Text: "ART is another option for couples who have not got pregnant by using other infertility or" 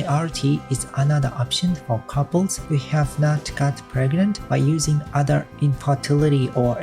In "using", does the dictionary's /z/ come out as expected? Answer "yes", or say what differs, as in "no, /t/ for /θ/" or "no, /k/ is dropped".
yes